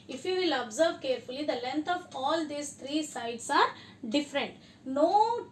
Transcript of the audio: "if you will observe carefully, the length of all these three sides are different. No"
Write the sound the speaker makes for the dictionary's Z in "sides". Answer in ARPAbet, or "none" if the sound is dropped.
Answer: S